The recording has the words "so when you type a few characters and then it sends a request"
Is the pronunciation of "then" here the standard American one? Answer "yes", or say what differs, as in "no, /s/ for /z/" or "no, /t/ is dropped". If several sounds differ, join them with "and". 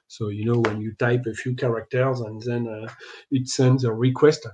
yes